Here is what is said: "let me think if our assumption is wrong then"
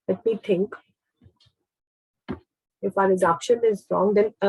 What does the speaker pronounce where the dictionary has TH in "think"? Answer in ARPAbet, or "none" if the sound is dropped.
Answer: T